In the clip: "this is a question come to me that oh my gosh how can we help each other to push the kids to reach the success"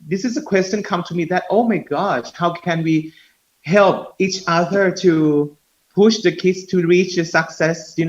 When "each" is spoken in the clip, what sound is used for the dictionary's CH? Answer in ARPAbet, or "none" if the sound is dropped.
CH